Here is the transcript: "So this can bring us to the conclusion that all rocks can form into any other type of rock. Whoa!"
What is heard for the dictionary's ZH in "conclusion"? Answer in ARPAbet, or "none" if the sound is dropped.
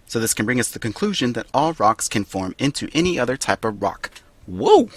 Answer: ZH